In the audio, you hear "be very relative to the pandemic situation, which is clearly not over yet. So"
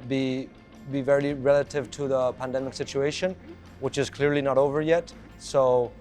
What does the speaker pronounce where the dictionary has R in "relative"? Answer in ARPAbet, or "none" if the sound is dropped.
R